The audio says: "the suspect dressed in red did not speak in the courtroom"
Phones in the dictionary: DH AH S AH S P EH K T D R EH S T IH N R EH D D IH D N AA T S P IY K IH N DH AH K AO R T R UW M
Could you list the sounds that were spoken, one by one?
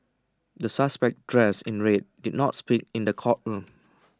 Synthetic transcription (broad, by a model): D AH S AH S P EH K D R EH S IH N R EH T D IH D N AA T S P IY K IH N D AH K AO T R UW M